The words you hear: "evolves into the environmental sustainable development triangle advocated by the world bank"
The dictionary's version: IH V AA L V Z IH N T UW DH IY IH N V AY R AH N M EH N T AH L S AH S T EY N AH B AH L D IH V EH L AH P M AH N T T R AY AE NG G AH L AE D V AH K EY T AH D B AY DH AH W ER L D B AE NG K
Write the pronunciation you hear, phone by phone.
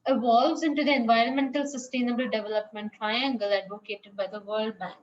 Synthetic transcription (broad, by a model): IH V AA L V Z IH N T UW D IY IH N V AY R AH N M EH N T AH L S AH S T EY N AH B AH L D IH V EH L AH P M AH N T T R AY AE NG G AH L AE D V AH K EY T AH D B AY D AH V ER L D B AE NG K